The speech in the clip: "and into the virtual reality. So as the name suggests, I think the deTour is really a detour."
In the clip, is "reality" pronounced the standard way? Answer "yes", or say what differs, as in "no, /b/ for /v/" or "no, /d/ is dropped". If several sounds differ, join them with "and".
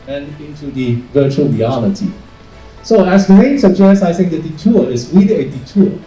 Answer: no, /n/ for /l/